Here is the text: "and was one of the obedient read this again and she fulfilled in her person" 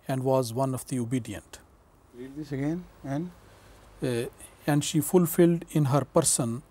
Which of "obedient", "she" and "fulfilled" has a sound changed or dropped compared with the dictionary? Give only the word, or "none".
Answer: none